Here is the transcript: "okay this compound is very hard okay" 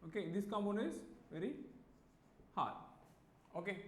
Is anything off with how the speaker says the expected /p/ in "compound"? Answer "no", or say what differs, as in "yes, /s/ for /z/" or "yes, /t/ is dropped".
yes, /p/ is dropped